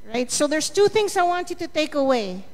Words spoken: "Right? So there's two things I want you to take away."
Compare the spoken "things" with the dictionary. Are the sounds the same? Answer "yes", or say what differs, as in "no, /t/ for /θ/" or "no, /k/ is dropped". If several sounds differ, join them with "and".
yes